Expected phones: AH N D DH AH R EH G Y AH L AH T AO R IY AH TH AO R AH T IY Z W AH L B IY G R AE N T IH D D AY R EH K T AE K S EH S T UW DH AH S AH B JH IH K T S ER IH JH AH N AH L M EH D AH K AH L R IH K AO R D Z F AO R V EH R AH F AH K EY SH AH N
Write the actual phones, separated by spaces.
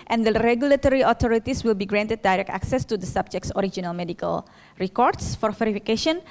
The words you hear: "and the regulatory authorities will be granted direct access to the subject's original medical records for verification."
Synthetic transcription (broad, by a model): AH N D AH R EH G Y AH L AH T AO R IY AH T AO R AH T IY S W AH L B IY G R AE N T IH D D AY R EH K T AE K S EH S T UW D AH S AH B JH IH K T S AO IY JH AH N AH L M EH D AH K AH L R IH K AO R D S F AO R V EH R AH F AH K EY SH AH N